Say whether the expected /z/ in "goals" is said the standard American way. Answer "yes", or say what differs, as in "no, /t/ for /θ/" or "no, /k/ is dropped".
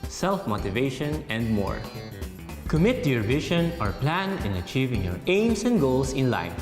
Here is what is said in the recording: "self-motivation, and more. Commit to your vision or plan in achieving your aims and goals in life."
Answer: no, /s/ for /z/